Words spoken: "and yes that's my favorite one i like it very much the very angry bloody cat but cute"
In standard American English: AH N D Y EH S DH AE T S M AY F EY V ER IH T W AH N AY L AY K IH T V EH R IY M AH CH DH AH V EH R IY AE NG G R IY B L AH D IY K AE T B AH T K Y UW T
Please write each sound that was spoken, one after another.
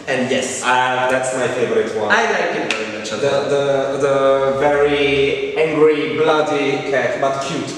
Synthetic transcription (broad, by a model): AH N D Y EH S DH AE T S M AY F EY V ER IH T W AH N AY L AY K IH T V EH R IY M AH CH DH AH V EH R IY AE NG G R IY B L AH D IY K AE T B AH T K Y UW T